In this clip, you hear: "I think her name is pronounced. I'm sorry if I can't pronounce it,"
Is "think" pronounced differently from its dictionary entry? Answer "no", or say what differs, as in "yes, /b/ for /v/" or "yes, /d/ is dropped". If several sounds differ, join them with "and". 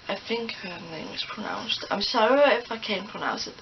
yes, /f/ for /θ/